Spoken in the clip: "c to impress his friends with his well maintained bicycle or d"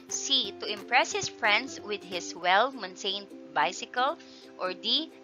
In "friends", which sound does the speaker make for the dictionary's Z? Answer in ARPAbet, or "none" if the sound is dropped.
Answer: S